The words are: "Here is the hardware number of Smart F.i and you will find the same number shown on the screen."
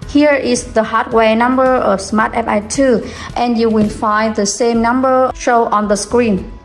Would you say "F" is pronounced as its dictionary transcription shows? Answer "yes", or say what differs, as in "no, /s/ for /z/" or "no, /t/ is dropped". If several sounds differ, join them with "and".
no, /p/ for /f/